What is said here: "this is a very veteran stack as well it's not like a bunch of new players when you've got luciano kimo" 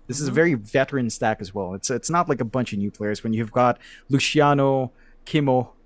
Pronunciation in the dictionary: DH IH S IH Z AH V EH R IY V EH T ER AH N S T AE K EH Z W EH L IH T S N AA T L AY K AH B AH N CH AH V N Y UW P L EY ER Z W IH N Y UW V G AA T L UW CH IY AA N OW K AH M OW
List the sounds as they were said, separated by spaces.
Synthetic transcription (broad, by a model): DH IH S IH Z AH V EH R IY V EH T ER AH N S T AE K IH Z W EH L IH T S N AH T L AY K AH B AH N CH AH V N Y UW P L EY ER Z W IH N Y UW V G AA T L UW SH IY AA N OW K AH M OW